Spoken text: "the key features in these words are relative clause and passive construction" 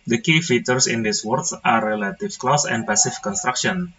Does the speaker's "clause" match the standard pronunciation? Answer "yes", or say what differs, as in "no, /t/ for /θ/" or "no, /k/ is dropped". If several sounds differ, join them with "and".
no, /s/ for /z/